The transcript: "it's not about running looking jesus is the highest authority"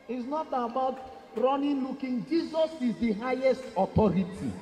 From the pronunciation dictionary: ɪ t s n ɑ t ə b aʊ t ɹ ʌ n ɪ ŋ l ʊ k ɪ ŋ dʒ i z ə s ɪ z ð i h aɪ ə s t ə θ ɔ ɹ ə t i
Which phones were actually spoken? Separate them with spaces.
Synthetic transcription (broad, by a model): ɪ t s n ɑ t ə b aʊ t ɹ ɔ n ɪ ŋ l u k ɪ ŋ dʒ i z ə s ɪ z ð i h aɪ ə s t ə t ɔ ɹ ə t i